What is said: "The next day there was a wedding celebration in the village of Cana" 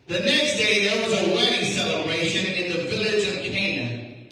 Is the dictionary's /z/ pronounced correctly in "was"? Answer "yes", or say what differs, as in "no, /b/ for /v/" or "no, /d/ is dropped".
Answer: yes